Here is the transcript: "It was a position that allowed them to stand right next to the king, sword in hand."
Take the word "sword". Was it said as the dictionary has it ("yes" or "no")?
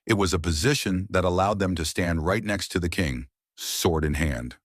yes